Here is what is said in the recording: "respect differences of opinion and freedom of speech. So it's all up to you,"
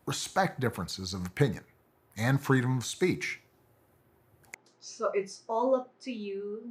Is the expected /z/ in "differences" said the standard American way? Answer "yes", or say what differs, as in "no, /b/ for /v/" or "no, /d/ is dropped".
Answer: yes